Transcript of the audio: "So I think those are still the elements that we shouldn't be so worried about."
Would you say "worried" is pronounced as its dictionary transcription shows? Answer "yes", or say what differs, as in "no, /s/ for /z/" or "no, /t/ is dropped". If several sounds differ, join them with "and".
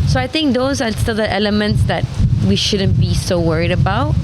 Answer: yes